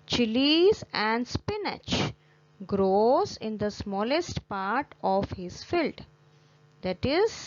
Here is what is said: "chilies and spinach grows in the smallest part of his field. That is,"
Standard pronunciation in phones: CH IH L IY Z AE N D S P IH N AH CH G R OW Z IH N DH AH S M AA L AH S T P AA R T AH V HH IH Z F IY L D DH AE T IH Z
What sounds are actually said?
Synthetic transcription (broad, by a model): CH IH L IY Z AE N D S P IH N AH CH G R OW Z IH N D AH S M AA L AH S T P AA R T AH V HH IH Z F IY L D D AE T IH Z